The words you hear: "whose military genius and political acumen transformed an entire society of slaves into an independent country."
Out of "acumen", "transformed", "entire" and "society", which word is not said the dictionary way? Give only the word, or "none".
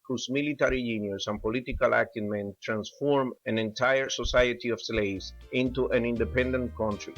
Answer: transformed